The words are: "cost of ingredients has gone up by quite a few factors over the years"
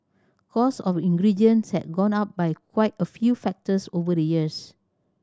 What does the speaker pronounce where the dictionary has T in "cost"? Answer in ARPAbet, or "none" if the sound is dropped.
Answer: none